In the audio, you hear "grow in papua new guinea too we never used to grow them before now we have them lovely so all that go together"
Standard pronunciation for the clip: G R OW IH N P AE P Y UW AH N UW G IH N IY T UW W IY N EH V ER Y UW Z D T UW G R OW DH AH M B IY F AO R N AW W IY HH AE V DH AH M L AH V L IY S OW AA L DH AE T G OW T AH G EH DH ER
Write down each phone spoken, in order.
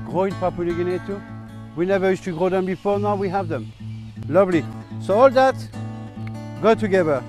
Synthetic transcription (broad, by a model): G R OW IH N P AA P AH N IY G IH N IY T UW W IY N EH V ER Y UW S T UW G R OW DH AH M B IY F AO R N AW W IY HH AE V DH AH M L AH V L IY S OW AA L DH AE T G OW T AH G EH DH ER